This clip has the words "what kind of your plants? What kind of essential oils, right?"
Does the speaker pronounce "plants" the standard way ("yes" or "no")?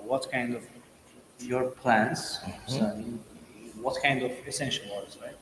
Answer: no